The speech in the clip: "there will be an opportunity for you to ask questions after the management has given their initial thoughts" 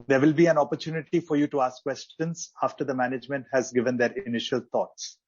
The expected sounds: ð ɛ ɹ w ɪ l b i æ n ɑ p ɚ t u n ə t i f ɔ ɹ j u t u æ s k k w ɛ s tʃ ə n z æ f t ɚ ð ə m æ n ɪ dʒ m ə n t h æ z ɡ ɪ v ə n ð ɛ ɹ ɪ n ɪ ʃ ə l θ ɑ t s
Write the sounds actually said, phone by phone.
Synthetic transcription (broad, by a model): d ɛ ɹ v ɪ l b i æ n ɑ p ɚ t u n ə t i f ɔ ɹ j u t u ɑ s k k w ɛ s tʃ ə n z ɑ f t ɚ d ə m æ n ɪ dʒ m ə n t h æ z ɡ ɪ v ə n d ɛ ɹ ɪ n ɪ ʃ ə l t ɑ t s